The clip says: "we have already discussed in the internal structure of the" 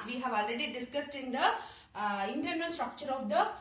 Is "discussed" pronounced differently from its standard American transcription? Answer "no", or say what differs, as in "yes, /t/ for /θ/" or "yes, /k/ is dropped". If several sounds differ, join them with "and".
no